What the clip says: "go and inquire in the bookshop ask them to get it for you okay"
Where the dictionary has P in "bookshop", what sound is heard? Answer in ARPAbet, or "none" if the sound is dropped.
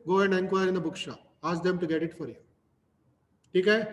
none